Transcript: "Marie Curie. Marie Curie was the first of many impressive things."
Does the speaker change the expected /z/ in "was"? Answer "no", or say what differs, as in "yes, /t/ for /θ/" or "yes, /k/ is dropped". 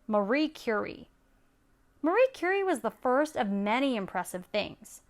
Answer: no